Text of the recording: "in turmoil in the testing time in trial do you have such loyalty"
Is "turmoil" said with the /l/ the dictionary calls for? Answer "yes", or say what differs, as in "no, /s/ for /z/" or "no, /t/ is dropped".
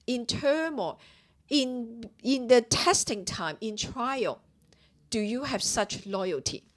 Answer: no, /n/ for /l/